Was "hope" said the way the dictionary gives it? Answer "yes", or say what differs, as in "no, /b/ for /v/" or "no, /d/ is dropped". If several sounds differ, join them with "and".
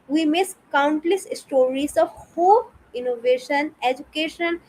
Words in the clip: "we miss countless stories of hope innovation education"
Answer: no, /p/ is dropped